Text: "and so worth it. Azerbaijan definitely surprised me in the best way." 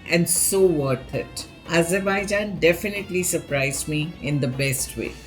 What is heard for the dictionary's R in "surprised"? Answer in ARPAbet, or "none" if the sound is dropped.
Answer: R